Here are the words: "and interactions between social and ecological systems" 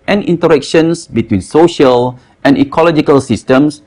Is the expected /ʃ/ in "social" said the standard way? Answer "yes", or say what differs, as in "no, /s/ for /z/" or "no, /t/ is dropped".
yes